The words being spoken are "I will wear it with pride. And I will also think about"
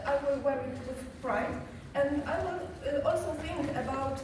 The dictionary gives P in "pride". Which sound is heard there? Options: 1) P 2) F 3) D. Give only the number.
2